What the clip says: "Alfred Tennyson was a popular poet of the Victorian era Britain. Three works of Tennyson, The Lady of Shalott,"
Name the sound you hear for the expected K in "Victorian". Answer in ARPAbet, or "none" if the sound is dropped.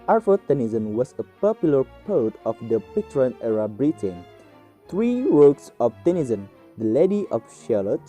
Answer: none